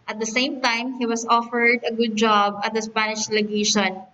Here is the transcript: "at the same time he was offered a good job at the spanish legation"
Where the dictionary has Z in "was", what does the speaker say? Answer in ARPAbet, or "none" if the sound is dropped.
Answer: S